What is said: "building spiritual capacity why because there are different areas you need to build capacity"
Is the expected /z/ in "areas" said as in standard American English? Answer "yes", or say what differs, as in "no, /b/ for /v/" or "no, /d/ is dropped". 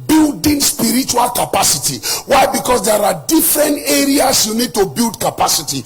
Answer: no, /s/ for /z/